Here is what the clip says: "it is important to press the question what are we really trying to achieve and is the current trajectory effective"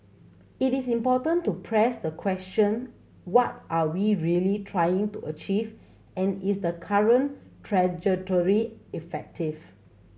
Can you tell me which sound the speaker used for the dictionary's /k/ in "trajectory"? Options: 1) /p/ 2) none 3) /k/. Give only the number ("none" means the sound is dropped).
2